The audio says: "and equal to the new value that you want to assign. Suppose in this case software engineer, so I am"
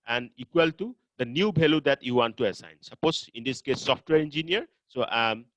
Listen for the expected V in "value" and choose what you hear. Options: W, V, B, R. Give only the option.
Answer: B